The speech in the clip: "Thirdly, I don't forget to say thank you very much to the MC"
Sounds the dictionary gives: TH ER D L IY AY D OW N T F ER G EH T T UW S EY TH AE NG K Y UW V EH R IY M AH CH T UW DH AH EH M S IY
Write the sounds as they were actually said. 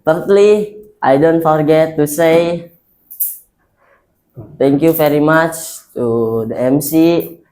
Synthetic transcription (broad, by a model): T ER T L IY AY D OW N T F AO G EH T T UW S EY T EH NG K Y UW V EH R IY M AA CH T UW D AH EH M S IY